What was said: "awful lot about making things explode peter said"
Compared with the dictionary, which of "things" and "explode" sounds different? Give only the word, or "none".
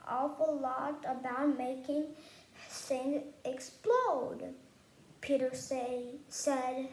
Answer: things